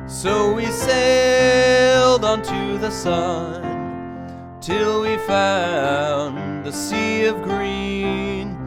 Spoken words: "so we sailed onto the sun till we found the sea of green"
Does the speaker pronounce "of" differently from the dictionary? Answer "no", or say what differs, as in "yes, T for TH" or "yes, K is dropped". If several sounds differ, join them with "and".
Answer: no